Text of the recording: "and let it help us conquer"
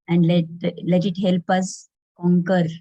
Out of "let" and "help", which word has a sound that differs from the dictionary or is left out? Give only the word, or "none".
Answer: none